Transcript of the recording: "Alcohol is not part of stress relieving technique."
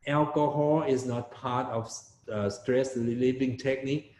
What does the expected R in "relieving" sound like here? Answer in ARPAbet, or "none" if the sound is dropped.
L